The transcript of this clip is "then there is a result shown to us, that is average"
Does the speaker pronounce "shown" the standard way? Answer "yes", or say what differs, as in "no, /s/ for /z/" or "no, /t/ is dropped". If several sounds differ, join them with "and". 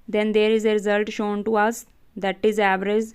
yes